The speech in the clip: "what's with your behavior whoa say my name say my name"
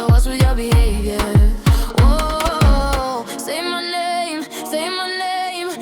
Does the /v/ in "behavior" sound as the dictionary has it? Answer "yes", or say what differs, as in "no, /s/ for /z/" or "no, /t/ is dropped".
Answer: no, /v/ is dropped